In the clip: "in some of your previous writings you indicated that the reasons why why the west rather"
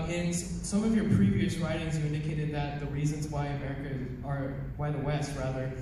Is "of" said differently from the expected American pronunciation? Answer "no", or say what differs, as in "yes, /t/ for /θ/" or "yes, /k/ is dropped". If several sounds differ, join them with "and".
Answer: no